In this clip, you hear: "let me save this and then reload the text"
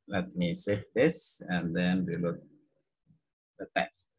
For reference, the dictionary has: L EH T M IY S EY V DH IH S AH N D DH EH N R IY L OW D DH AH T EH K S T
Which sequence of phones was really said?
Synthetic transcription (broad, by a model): L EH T M IY S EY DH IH S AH N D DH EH N W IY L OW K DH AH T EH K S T